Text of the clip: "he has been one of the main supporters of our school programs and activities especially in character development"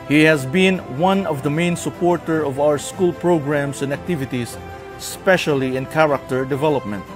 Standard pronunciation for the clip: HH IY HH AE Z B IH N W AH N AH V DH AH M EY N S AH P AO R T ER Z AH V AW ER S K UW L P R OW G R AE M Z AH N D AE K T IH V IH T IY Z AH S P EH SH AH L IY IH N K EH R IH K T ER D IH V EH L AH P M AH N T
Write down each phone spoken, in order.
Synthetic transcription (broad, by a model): HH IY HH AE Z B IH N W AH N AH V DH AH M EY N S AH P AO R T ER AH V AW ER S K UW L P R OW G R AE M S AH N D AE K T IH V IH T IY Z S P EH SH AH L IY IH N K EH R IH K T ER D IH V EH L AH P M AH N T